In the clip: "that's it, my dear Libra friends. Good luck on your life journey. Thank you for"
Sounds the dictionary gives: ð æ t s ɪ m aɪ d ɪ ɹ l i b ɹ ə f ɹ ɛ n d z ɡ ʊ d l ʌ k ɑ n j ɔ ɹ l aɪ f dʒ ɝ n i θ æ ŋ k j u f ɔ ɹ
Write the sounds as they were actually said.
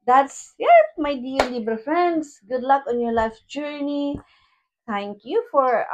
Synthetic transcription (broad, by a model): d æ t s ɪ m aɪ d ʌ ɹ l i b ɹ f ɹ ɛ n d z ɡ ʊ d l ʌ k ɑ n j ɔ ɹ l aɪ f dʒ ɝ n i t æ ŋ k j u f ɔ ɹ